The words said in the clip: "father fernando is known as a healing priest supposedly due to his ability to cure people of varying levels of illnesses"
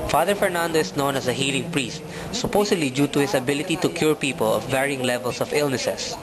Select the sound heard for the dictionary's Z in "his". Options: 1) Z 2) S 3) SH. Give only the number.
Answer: 2